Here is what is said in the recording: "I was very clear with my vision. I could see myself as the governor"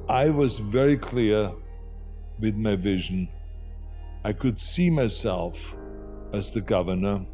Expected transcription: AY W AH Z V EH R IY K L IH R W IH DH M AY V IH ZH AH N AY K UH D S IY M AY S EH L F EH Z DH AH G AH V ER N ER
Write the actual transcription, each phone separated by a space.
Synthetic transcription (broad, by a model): AY W AH Z V EH R IY K L IH R W IH DH M AY V IH ZH AH N AY K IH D S IY M AY S EH L F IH Z DH AH G AH V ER N ER